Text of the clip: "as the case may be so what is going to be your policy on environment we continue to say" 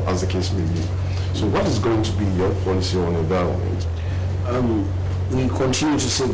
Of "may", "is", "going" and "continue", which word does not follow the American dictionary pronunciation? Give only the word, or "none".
none